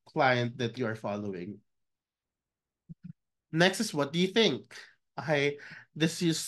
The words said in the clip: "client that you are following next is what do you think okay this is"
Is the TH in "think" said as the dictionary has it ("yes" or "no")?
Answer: yes